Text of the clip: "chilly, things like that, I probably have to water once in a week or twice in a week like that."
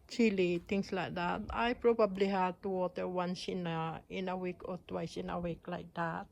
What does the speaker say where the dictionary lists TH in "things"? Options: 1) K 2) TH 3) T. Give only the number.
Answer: 3